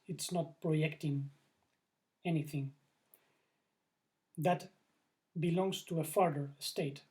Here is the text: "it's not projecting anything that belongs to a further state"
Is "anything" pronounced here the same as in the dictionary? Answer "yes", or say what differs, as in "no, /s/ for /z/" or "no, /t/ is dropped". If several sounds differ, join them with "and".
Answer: yes